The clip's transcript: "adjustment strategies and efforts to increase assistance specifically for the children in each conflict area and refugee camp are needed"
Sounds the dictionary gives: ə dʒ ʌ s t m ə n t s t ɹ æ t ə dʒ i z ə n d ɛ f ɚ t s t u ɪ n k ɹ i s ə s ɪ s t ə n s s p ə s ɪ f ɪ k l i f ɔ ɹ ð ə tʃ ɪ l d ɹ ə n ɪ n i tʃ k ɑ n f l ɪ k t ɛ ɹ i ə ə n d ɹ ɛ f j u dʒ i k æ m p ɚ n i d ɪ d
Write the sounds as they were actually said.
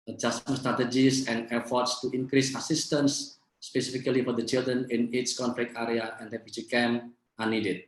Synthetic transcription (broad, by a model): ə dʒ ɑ s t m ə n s t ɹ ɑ t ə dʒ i s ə n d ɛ f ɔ t s t u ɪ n k ɹ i s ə s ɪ s t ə n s s p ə s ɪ f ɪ k l i f ɔ ɹ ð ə tʃ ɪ l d ɹ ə n ɪ n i s k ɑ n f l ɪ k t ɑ ɹ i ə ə n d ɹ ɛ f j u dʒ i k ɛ m ɑ n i d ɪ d